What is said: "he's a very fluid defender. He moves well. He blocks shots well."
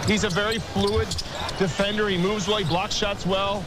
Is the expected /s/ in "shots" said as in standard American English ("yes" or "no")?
yes